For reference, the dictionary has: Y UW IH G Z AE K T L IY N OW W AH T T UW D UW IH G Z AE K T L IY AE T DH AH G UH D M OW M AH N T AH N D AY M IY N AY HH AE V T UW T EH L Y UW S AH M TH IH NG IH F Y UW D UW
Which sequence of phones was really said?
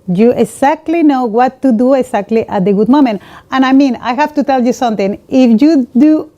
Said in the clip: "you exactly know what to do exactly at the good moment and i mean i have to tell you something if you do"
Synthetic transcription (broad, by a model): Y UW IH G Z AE K T L IY N OW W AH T T UW D UW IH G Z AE K T L IY T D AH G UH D M OW M AH N T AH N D AY M IY N AY HH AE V T UW T EH L Y UW S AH M T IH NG IH F Y UW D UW